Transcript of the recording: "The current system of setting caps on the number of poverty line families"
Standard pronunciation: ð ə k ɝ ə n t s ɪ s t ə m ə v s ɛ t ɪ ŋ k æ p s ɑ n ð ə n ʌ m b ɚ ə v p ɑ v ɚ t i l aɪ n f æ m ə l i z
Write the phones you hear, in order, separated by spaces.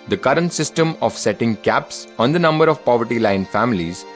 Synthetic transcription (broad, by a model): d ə k ɝ ə n t s ɪ s t ə m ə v s ɛ t ɪ ŋ k æ p s ɑ n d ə n ʌ m b ɚ ə v p ɑ v ɚ t i l aɪ n f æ m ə l i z